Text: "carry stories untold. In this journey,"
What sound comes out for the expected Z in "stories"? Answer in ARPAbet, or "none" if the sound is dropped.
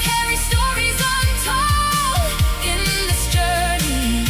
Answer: Z